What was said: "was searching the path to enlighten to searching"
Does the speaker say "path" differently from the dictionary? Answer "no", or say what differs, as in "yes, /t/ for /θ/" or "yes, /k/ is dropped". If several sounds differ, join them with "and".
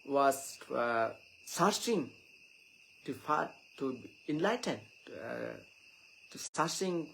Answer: yes, /f/ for /p/